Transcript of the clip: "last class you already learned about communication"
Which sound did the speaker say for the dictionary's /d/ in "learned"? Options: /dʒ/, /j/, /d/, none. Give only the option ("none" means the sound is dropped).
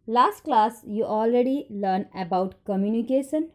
none